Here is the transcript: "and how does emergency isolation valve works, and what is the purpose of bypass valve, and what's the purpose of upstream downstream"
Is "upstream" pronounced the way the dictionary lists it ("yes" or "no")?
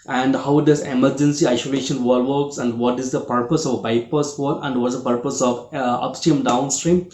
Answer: no